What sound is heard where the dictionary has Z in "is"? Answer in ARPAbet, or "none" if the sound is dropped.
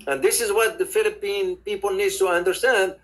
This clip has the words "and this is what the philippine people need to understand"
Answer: Z